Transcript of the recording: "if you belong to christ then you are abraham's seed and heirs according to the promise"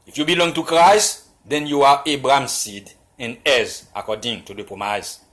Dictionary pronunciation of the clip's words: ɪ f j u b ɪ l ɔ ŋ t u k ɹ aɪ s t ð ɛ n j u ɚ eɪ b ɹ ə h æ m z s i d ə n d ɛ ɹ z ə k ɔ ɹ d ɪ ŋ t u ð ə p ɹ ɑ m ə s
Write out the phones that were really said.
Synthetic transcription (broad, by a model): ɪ f j u b ɪ l ɔ ŋ t u k ɹ aɪ s t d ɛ n j u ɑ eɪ b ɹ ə m s i d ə n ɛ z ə k ɔ d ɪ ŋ t u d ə p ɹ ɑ m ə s